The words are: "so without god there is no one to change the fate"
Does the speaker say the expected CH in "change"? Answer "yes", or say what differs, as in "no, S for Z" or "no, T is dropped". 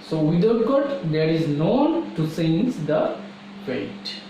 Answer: no, S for CH